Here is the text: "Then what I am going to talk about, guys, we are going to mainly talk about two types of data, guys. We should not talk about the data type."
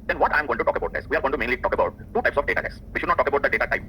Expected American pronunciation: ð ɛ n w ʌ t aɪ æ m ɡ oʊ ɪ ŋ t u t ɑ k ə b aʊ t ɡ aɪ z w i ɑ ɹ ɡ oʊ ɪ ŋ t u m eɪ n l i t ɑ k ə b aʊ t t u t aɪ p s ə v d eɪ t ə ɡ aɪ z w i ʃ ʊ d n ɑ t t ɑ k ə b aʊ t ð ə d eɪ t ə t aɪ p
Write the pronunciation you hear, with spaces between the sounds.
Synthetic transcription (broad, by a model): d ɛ n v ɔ t aɪ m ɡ oʊ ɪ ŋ t u t ɑ k ə b aʊ t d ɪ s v i ɑ ɹ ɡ oʊ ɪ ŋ t u m eɪ n l i t ɑ k ə b aʊ t t u t aɪ p s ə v d eɪ t ə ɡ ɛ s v i ʃ ʊ d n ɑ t t ɑ k ə b aʊ t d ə d eɪ t ə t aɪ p